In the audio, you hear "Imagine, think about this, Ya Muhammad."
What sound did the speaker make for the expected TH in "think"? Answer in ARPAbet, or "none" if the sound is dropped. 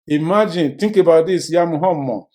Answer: T